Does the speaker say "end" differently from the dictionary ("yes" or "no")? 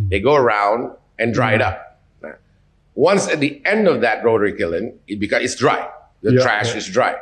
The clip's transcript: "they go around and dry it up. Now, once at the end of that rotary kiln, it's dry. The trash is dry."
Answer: no